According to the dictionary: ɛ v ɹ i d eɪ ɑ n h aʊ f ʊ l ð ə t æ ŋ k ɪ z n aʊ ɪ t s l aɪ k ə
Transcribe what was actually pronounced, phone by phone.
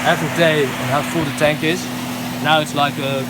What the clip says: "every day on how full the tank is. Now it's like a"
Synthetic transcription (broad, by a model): ɛ v ɹ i d eɪ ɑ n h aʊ f ʊ l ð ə t æ ŋ k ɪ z n aʊ ɪ t s l aɪ k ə